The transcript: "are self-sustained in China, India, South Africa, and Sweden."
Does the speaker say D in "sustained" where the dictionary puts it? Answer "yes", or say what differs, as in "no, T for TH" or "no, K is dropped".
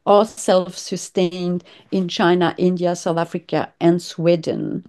yes